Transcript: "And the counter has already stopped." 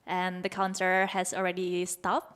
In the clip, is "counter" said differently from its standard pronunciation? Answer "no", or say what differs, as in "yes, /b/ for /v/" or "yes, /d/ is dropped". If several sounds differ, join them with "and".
yes, /s/ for /t/